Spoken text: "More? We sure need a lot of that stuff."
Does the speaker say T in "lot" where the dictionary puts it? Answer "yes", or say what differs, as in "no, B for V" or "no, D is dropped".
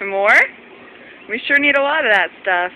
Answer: yes